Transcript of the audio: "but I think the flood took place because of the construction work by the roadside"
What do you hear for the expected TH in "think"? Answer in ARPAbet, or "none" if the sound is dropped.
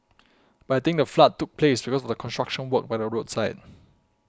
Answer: T